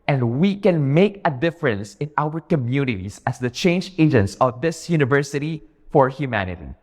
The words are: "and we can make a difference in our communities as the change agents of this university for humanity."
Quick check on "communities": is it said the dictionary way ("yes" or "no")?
no